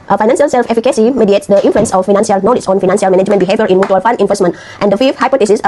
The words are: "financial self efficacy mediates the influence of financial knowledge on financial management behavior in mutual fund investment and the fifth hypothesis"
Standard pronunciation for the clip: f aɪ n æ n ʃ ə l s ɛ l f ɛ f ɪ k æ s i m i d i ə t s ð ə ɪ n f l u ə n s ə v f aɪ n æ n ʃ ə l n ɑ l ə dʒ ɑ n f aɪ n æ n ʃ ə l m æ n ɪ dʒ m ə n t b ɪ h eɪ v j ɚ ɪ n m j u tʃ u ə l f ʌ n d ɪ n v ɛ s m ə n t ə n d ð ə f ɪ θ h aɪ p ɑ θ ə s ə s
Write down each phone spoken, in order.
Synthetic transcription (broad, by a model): f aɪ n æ n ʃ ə l s ɛ l f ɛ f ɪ k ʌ s i m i d i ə t s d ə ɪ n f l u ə n s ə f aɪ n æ n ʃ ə l n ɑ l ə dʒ ɑ n f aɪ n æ n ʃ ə l m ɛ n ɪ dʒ m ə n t b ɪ h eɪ v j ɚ ɪ n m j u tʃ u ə l f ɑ n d ɪ n v ɛ s m ə n t ə n d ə f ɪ f h aɪ p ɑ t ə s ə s